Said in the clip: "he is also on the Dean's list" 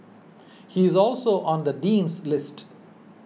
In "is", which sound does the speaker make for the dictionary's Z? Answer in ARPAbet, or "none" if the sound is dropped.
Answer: Z